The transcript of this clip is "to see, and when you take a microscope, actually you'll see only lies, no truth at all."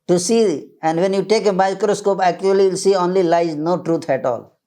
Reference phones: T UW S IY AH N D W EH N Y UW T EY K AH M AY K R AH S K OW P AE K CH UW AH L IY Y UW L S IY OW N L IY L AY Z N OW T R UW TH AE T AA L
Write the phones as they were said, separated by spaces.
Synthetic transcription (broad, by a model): T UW S IY AH N D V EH N Y UW T EY K AH M AY K R AH S K OW P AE K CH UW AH L IY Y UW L S IY OW N L IY L AY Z N OW T R UW T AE T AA L